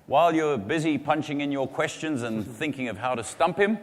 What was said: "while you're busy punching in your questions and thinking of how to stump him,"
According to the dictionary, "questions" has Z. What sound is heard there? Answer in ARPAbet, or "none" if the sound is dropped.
Z